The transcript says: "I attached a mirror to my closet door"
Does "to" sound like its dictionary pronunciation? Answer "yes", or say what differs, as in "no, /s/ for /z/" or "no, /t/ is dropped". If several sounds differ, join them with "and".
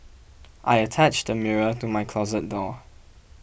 yes